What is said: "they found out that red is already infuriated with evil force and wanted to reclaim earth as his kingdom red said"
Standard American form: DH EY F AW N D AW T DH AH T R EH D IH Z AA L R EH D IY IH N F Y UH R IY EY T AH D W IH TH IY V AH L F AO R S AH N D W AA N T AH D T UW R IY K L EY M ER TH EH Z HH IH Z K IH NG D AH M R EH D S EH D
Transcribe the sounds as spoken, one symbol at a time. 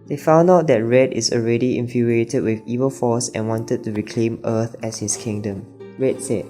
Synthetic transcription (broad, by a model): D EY F AW N D AW T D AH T R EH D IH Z AA L R EH D IY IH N F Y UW R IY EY T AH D W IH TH IY V AH L F AO S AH N W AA N T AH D T UW R IY K L EY M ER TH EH S HH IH S K IH NG D AH M R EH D S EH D